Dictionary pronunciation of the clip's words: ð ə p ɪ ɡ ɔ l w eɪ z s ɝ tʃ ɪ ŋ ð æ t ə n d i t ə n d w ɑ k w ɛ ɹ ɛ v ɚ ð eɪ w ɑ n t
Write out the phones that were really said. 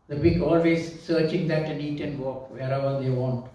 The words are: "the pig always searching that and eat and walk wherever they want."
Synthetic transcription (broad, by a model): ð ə b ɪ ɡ ɔ l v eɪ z s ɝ tʃ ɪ ŋ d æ t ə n i t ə n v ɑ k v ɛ ɹ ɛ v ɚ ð eɪ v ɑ n t